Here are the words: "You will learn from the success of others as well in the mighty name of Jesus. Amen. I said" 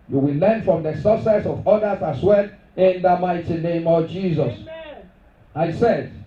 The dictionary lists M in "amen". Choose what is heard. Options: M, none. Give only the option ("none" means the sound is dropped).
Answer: none